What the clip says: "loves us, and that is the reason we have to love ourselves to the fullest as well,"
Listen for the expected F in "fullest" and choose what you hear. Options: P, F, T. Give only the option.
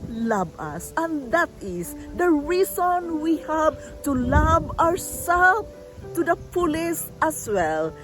P